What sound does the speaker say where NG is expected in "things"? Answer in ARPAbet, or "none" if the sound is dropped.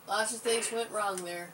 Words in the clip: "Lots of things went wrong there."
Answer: none